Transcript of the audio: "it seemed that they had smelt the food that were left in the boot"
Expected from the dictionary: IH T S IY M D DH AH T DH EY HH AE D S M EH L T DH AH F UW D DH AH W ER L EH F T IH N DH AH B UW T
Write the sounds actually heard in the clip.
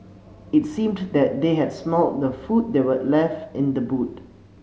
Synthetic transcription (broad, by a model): IH T S IY M D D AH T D EY HH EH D S M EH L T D AH F UW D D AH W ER L EH F T IH N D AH B UW T